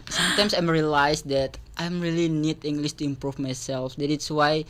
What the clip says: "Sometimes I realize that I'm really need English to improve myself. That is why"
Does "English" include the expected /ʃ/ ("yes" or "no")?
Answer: no